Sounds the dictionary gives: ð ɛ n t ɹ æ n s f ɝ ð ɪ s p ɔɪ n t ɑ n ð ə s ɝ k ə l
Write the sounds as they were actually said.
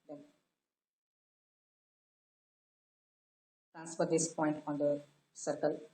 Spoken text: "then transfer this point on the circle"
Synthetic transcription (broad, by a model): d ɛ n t ɹ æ n s p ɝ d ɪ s p ɔɪ n t ɑ n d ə s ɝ k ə l